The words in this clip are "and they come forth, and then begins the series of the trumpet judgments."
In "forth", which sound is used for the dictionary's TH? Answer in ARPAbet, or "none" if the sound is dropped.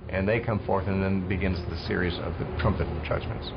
TH